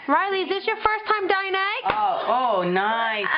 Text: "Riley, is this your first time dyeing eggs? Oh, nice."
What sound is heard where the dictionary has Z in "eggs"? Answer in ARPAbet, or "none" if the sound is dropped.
none